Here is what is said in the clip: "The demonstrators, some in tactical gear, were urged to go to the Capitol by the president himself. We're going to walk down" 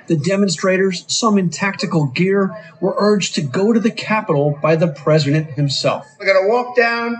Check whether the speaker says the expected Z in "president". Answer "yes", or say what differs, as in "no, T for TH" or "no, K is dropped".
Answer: yes